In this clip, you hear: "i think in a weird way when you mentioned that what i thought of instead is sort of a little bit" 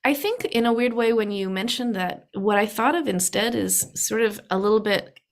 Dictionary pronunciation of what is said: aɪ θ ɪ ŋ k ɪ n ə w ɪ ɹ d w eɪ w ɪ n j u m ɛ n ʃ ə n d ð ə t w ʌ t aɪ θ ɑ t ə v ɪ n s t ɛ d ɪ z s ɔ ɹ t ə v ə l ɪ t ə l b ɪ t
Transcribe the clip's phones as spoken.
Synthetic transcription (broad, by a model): aɪ θ ɪ ŋ k ɪ n ə w ɪ ɹ d w eɪ w ɪ n j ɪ m ɛ n ʃ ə n ð ə t w ʌ t aɪ θ ɑ t ə v ɪ n s t ɛ d ɪ z s ɔ ɹ t ə v ə l ɪ t l b ɪ t